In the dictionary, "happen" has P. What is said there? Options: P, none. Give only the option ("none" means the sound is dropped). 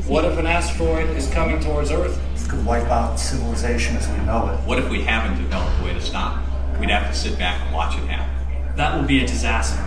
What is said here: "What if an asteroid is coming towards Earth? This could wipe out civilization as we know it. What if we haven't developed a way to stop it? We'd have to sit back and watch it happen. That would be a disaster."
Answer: none